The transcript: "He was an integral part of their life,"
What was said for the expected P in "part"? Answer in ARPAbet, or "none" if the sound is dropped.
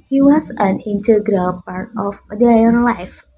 P